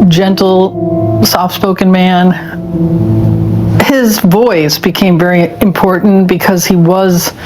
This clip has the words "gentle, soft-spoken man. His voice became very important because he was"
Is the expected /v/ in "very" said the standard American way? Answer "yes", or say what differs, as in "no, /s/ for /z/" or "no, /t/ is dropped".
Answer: yes